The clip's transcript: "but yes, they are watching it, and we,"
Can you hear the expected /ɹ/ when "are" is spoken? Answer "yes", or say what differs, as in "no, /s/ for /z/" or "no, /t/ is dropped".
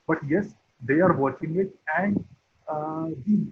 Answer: yes